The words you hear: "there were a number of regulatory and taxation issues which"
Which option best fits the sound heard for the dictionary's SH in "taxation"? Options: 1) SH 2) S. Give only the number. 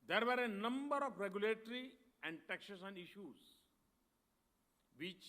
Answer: 2